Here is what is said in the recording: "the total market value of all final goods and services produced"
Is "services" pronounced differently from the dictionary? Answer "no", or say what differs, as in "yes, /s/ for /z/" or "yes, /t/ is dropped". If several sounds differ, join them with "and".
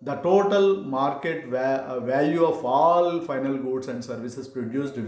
yes, /s/ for /z/